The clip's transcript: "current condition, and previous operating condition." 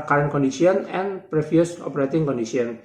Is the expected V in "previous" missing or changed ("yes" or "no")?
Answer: yes